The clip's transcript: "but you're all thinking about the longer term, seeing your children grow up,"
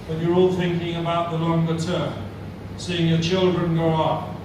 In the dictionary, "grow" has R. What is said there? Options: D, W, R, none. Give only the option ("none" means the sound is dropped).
none